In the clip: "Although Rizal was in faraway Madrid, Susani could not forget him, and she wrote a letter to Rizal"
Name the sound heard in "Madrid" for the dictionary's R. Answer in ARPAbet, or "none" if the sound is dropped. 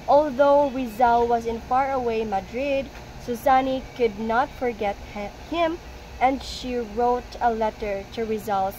R